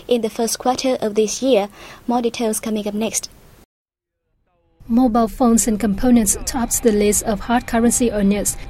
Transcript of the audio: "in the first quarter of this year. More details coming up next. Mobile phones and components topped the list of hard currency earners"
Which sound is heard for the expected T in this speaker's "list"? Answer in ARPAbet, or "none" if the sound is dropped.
none